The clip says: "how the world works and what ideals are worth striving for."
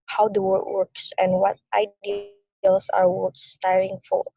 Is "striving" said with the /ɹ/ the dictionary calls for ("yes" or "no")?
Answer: no